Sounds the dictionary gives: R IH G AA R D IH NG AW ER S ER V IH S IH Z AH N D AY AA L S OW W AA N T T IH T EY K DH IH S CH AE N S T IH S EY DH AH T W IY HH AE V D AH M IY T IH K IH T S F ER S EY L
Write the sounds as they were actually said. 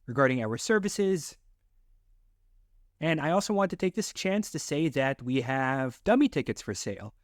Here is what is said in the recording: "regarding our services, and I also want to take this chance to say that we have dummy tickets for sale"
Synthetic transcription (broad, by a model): R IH G AA R D IH NG AW ER S ER V IH S IH Z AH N AY AA L S OW W AA N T T IH T EY K DH IH S CH AE N S T IH S EY DH AH T W IY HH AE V D AH M IY T IH K IH T S F ER S EY L